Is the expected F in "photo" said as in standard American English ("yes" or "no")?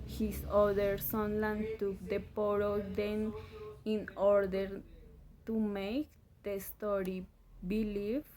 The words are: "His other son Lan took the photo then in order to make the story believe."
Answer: no